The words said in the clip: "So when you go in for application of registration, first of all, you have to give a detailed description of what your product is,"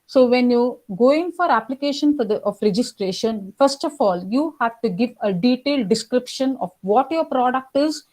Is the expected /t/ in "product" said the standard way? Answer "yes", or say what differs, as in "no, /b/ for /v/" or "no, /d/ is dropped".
yes